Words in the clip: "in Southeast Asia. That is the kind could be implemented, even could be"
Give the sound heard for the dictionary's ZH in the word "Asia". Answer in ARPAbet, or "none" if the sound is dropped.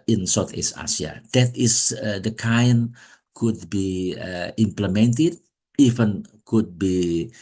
S